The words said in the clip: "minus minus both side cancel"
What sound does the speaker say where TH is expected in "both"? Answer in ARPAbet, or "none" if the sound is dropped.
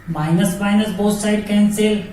S